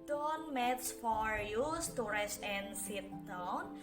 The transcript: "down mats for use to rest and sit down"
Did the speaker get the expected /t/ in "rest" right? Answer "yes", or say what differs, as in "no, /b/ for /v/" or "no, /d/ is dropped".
no, /t/ is dropped